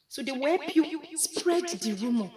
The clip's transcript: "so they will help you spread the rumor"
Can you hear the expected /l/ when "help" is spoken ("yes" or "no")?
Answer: no